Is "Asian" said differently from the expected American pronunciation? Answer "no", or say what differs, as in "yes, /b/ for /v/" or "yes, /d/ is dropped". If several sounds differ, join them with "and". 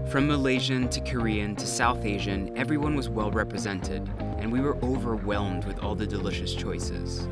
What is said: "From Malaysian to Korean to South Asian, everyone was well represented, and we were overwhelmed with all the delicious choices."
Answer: no